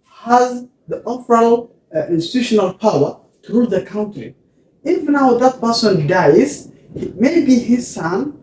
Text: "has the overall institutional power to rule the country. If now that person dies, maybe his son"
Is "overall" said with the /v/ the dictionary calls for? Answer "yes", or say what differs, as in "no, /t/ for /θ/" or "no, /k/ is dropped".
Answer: no, /f/ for /v/